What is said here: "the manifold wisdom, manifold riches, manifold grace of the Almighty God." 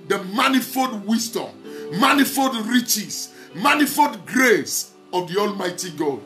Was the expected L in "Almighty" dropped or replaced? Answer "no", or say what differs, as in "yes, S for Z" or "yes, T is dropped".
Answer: no